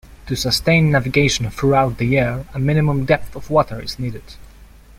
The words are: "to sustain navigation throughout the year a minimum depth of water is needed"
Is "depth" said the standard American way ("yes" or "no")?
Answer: yes